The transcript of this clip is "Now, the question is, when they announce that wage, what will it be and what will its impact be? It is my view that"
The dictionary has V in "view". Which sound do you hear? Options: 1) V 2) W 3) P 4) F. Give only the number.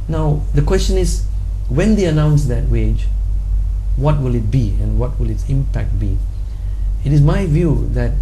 1